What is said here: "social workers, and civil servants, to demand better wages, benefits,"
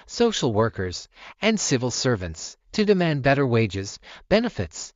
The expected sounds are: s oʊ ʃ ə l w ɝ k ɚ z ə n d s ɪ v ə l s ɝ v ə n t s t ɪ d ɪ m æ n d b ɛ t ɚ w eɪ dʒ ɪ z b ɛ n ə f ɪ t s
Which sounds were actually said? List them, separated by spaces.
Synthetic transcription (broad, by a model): s oʊ ʃ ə l w ɝ k ɚ z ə n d s ɪ v ə l s ɝ v ə n t s t ɪ d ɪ m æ n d b ɛ t ɚ w eɪ dʒ ɪ z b ɛ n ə f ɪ t s